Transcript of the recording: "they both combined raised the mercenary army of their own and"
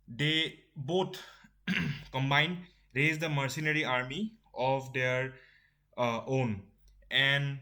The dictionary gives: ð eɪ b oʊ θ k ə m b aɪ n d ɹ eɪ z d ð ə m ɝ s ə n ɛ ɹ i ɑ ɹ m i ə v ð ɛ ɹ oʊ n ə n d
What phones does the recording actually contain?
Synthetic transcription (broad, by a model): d eɪ b oʊ t k ə m b aɪ n d ɹ eɪ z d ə m ɝ s ə n ɛ ɹ i ɑ ɹ m i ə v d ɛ ɹ oʊ n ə n d